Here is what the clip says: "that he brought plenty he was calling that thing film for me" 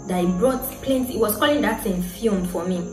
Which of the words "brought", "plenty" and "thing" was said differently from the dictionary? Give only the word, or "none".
thing